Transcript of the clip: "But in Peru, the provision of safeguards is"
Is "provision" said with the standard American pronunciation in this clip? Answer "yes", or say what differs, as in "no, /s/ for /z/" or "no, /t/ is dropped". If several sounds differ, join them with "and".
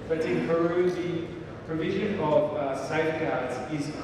yes